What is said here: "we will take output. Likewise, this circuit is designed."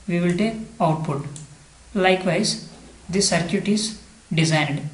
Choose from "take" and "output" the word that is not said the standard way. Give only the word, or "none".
none